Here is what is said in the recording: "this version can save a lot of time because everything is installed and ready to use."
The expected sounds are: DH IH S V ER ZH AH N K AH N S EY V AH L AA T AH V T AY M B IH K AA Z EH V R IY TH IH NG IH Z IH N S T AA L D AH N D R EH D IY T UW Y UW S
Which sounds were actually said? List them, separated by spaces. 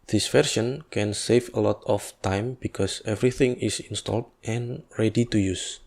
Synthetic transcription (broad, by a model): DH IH S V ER SH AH N K AH N S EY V AH L AA T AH F T AY M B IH K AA S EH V R IY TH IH NG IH S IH N S T AA L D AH N R EH D IY T UW Y UW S